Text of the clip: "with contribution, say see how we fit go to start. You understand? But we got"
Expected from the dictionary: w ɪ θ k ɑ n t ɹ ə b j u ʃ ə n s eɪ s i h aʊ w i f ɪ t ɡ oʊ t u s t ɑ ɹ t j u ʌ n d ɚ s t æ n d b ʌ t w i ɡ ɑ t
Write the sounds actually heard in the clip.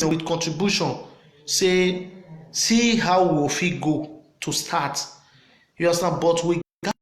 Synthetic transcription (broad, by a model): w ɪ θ k ɑ n t ɹ ə b j u ʃ ə n s eɪ s i h aʊ w i f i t ɡ oʊ t u s t ɑ t j u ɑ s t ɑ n b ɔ t w i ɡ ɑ